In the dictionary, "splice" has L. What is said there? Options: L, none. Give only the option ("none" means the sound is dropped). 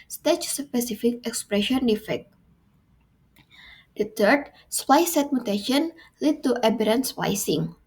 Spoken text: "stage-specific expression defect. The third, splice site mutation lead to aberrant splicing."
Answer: none